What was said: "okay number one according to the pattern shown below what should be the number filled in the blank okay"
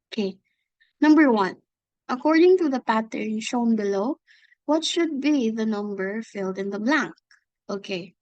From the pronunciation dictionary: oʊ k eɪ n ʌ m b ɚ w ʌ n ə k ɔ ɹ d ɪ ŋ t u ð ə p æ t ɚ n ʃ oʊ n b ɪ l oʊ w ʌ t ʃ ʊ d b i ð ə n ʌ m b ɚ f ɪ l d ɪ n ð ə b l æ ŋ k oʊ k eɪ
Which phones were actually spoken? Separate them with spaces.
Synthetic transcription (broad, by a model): oʊ k eɪ n ʌ m b ɚ w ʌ n ə k ɔ ɹ d ɪ ŋ t u ð ə p æ t ɚ n ʃ oʊ n b ɪ l oʊ w ʌ t ʃ ʊ d b i ð ə n ʌ m b ɚ f ɪ l d ɪ n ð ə b l æ ŋ k oʊ k eɪ